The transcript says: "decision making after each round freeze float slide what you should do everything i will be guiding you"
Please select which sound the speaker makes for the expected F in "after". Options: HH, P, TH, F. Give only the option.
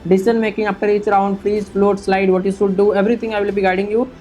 P